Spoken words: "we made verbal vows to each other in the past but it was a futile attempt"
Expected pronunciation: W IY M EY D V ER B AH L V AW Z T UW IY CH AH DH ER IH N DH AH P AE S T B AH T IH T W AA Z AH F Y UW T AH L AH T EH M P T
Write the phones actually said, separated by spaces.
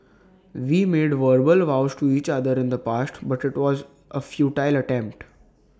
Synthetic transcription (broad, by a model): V IY M EY D V ER B AH L V AW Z T UW IY CH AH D ER IH N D AH P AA S T B AH T IH T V AA Z AH F Y UW T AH L AH T EH M P T